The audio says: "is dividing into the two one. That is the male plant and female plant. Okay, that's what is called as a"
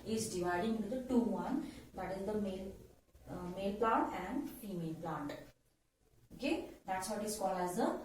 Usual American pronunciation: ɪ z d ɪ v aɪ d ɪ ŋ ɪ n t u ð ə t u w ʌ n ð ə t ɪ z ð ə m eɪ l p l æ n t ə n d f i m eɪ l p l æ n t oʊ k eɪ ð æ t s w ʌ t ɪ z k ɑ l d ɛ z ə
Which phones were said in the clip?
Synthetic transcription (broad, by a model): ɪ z d ɪ v aɪ d ɪ ŋ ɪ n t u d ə t u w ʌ n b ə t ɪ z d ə m eɪ l p l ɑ n t ə n d f i m eɪ l p l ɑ n t oʊ k eɪ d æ t s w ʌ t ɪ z k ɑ l ɛ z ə